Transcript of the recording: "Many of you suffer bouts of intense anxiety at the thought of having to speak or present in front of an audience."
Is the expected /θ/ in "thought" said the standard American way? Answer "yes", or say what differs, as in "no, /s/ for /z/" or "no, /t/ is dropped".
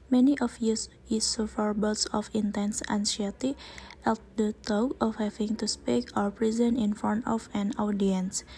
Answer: no, /t/ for /θ/